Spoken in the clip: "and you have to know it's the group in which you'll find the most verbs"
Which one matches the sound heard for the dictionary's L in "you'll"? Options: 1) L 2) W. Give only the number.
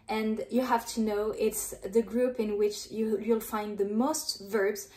1